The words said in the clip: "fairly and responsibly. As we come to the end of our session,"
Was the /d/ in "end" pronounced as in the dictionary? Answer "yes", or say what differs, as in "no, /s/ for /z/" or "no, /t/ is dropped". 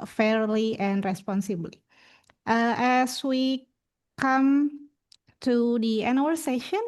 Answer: no, /d/ is dropped